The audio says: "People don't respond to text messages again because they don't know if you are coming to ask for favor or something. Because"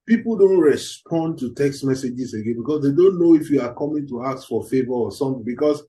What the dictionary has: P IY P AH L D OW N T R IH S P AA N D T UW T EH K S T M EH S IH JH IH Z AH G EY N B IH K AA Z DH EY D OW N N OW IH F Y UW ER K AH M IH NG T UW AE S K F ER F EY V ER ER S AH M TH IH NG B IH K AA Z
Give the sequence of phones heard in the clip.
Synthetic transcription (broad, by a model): P IY P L D OW N T R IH S P AA N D T UW T EH K S T M EH S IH JH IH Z AH G EY N B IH K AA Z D EY D OW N N OW IH F Y UW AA K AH M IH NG T UW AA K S F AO F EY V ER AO S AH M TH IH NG B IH K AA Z